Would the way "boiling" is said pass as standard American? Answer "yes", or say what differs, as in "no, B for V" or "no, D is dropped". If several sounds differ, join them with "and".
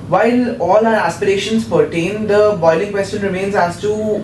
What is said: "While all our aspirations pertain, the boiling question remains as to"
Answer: yes